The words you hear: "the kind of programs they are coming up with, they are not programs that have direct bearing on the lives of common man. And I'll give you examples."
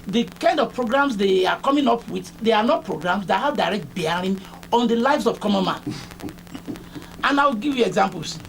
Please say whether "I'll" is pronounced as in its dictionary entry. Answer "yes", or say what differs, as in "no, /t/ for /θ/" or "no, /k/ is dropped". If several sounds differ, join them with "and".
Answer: no, /w/ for /l/